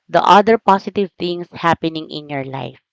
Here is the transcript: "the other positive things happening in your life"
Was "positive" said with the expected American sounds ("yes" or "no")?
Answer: no